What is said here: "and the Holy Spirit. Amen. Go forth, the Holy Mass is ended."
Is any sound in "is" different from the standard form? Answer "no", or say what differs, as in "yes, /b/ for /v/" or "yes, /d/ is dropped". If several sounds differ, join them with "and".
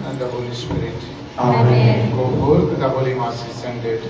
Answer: yes, /s/ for /z/